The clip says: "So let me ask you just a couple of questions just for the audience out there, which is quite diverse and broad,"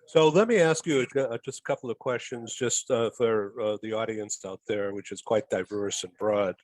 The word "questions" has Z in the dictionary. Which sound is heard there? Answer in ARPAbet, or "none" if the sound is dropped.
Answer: Z